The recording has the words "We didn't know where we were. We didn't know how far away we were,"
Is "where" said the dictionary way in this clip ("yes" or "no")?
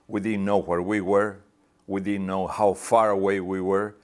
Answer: yes